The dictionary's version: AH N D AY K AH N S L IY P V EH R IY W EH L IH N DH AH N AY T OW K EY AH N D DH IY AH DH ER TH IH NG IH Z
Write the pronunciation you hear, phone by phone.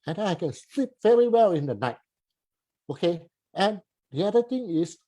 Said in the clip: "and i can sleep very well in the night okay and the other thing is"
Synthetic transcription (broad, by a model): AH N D AY K AH N S L IY P V EH R IY W EH L IH N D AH N AY T OW K EY AH N D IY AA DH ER T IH NG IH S